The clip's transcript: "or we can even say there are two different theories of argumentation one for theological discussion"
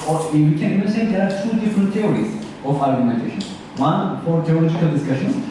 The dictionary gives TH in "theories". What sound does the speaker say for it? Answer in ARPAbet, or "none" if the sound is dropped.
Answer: T